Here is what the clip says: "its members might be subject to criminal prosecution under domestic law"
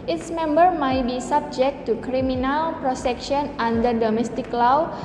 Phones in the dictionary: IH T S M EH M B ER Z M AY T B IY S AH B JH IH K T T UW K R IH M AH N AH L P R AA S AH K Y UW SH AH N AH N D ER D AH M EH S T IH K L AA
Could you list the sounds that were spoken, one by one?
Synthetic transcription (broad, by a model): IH T S M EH M B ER M AY T B IY S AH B JH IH K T T UW K R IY M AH N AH L P R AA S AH K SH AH N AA N D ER D AH M EH S T IH K L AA